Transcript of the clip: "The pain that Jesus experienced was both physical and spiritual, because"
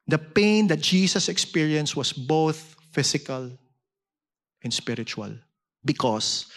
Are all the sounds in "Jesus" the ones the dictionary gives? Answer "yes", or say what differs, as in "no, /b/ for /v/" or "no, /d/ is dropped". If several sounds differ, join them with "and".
no, /s/ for /z/